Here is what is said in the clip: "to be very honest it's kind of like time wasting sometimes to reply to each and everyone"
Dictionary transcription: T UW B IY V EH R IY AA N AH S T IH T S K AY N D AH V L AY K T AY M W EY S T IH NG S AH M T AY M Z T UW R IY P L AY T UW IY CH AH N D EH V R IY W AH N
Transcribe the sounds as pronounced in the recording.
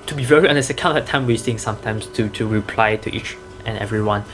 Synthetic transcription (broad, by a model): T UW B IY V EH R IY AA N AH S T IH K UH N AH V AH T AY M W EY S T IH NG S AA M T AY M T T UW R IY P L AY T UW IY CH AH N EH V R IY W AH N